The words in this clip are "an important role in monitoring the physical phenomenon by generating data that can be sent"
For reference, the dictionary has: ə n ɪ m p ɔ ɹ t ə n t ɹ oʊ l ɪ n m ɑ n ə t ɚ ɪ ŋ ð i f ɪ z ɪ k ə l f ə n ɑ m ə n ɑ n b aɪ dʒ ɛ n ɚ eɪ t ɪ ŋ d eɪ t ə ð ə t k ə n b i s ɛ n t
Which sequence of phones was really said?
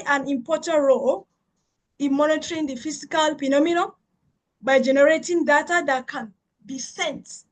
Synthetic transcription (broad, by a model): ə n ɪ m p ɔ t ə n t ɹ oʊ l ɪ n m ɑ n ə t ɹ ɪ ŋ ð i f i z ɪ k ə l p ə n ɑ m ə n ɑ b aɪ dʒ ɛ n ɚ eɪ t ɪ ŋ d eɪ t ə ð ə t k ə n b i s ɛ n t